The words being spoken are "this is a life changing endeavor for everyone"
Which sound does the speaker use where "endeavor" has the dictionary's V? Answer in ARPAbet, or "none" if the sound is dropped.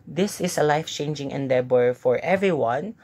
B